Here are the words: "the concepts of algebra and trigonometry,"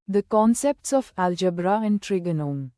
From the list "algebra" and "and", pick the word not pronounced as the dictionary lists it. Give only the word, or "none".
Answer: none